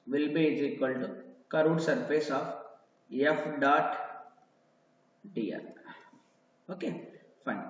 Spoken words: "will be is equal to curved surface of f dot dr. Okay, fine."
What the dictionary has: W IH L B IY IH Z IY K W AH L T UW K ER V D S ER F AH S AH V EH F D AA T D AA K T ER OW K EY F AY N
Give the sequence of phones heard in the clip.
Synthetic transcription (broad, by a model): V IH L B IY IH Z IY K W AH L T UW K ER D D S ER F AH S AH F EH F D AA T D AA T OW K EY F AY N